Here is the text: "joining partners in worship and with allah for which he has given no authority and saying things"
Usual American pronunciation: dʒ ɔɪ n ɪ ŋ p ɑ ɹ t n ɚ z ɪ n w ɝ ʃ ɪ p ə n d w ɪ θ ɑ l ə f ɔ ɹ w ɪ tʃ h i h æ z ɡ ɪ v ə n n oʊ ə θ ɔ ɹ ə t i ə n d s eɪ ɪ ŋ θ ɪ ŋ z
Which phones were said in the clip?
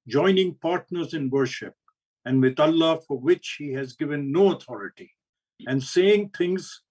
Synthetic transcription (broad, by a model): dʒ ɔɪ n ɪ ŋ p ɑ ɹ t n ɚ z ɪ n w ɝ ʃ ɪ p ə n d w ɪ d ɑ l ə f ɔ ɹ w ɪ tʃ h i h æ z ɡ ɪ v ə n n oʊ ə t ɔ ɹ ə t i ə n d s eɪ ɪ ŋ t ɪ ŋ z